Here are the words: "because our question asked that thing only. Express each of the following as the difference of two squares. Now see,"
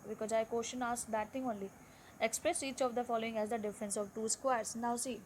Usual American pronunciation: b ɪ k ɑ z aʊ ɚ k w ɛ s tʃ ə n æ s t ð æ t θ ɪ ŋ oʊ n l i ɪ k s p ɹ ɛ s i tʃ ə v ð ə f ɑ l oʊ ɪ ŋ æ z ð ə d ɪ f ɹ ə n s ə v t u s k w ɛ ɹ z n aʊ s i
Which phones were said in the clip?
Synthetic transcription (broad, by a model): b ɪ k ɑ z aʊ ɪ k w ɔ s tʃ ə n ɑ s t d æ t t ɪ ŋ oʊ n l i ɪ k s p ɹ ɛ s i tʃ ə v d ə f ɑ l oʊ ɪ ŋ æ z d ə d ɪ f ɹ ə n s ə v t u s k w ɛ ɹ s n aʊ s i